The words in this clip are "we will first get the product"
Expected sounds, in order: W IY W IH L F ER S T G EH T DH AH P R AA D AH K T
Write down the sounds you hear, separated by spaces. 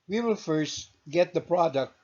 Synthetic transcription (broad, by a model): W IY W IH L F ER S T G EH T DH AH P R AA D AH K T